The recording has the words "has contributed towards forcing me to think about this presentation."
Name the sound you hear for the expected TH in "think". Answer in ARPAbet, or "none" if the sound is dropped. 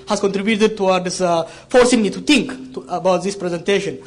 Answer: T